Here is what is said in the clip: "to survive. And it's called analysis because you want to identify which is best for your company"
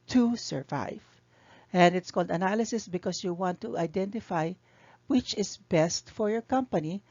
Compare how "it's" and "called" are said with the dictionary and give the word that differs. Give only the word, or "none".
none